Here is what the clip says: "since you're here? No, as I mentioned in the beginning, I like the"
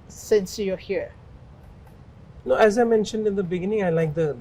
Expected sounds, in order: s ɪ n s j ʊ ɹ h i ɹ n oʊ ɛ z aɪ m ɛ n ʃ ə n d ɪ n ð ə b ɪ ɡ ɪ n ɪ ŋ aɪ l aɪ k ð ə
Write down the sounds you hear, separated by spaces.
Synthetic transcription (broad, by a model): s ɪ n s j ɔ h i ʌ n oʊ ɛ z aɪ m ɛ n ʃ ə n d ɪ n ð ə b ɪ ɡ ɪ n ɪ ŋ aɪ l aɪ k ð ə